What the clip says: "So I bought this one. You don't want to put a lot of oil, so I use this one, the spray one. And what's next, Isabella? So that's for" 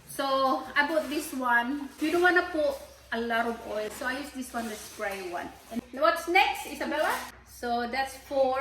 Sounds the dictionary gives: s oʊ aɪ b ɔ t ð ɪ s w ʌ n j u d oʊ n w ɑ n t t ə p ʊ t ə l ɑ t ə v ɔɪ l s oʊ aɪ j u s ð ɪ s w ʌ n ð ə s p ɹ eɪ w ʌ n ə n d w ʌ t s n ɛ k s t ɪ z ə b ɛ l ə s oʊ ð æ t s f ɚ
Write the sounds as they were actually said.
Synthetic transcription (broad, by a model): s oʊ aɪ b ɔ t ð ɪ s w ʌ n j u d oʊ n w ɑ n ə p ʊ t ə l ɑ t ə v ɔɪ l s oʊ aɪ j u s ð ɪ s w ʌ n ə s p ɹ eɪ w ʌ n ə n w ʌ t s n ɛ k s t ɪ s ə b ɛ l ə s oʊ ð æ t s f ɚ